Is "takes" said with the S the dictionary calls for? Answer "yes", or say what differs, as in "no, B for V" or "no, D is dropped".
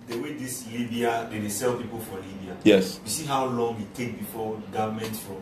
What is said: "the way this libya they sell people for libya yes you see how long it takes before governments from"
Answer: no, S is dropped